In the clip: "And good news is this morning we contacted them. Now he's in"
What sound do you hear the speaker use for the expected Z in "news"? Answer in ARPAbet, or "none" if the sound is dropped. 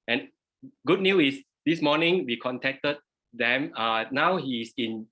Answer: none